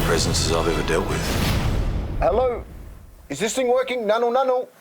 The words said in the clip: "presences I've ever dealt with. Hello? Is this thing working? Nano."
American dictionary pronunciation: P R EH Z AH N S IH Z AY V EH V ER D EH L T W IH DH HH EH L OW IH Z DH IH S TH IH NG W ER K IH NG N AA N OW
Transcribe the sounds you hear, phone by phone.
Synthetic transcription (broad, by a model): P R EH Z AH N S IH Z AY V EH V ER D EH L T W IH DH HH EH L OW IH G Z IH S T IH NG W ER K IH NG N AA N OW